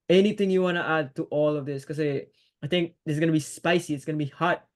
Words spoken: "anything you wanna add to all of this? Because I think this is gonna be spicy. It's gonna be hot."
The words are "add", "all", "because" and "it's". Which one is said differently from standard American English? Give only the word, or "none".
because